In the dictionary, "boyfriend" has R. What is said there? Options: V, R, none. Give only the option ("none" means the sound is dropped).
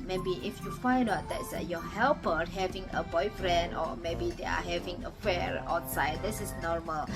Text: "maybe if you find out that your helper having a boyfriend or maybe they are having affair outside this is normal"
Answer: R